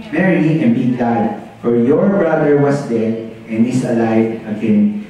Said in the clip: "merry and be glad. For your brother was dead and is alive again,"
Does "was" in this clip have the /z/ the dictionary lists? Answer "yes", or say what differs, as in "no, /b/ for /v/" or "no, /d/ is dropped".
no, /s/ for /z/